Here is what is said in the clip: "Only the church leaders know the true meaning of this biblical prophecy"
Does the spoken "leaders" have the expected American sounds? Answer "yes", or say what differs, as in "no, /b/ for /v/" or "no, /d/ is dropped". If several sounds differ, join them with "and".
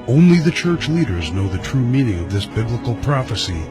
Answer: yes